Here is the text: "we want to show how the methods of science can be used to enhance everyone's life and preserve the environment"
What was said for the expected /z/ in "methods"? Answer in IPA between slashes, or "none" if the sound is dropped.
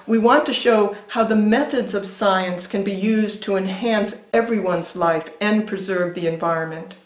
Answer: /z/